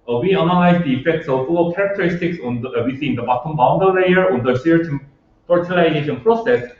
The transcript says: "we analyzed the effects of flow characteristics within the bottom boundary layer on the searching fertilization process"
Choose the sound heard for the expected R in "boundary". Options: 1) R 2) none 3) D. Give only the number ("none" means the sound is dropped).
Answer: 2